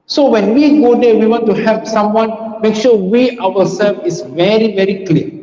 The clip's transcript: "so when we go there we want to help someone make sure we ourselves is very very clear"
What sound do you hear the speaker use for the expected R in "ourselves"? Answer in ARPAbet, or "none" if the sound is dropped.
W